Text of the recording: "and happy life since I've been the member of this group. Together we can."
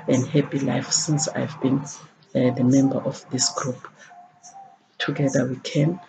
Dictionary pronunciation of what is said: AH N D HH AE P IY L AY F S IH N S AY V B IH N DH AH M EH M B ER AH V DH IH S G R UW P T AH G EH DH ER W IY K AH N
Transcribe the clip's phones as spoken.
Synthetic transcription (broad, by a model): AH N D HH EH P IY L AY F S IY N S AY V B IH N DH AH M EH M B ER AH F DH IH S G R UW P T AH G EH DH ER W IY K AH N